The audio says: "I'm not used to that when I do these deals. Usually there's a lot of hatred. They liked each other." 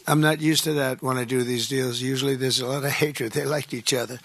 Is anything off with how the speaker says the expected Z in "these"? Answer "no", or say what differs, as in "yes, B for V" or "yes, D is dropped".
no